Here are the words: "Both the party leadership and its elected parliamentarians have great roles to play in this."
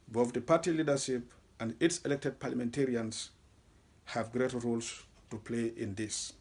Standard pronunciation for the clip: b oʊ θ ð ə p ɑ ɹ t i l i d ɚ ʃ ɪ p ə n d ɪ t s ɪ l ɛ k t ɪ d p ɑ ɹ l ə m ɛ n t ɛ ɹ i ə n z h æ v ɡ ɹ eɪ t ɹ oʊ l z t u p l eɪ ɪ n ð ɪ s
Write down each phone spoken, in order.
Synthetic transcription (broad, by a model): b oʊ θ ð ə p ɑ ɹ t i l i d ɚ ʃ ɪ p ə n d ɪ t s ɪ l ɛ k t ɪ d p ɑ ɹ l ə m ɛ n t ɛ ɹ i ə n s h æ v ɡ ɹ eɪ t ɹ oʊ l s t u p l eɪ ɪ n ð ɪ s